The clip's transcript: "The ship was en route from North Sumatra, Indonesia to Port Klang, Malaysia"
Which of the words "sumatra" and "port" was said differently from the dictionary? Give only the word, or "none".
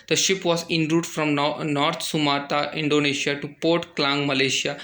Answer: sumatra